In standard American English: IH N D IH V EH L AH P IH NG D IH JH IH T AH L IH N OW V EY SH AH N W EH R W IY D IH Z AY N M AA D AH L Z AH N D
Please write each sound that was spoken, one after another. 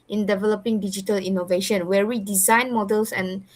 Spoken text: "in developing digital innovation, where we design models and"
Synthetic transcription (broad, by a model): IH N D IH V EH L AH P IH NG D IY JH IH T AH L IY N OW V EY SH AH N W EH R W IY D IH Z AY N M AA D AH L S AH N